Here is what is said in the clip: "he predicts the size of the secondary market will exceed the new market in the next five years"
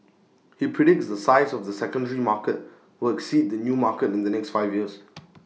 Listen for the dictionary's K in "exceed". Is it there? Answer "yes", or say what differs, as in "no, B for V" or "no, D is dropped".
yes